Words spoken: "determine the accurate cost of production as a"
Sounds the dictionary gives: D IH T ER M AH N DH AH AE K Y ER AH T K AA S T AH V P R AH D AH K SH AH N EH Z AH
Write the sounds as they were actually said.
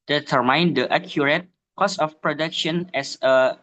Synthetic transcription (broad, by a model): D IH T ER M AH N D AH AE K Y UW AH T K AA S AH F P R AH D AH K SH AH N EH S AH